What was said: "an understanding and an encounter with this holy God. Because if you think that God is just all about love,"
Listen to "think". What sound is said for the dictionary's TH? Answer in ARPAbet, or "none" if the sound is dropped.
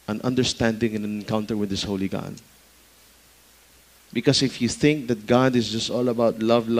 TH